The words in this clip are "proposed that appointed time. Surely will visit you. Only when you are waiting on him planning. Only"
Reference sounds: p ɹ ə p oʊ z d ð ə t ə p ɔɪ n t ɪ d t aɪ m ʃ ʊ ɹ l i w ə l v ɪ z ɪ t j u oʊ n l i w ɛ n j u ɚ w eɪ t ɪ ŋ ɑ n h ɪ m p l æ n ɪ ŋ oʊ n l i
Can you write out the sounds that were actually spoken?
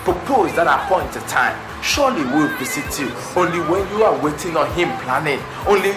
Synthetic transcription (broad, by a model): p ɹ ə p oʊ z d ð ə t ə p ɔɪ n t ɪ t aɪ m ʃ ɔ l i w ə l p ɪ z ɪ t j u oʊ n l i w ɛ n j u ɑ w eɪ t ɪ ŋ ɑ n h ɪ m p l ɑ n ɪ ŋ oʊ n l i